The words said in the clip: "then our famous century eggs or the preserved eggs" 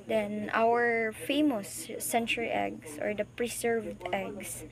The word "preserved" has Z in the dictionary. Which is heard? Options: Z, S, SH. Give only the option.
S